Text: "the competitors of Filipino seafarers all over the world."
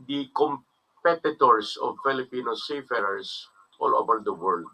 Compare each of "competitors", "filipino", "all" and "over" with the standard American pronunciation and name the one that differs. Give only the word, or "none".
competitors